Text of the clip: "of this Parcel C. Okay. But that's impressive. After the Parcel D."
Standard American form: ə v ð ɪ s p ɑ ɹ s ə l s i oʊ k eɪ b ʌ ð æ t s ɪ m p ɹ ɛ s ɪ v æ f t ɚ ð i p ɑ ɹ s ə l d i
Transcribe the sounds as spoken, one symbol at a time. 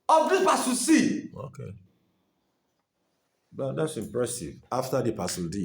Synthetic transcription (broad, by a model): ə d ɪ p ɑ s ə s i oʊ k eɪ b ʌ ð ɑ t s ɪ m p ɹ ɛ s ɪ v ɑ f t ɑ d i p ɑ s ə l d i